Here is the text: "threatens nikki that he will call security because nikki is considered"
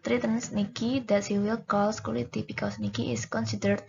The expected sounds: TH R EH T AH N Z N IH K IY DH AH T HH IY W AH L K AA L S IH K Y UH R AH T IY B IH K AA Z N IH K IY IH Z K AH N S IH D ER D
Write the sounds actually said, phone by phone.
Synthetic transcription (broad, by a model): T R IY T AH N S N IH K IY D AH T HH IY W AH L K AA L S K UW L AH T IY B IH K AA S N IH K IY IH S K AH N S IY D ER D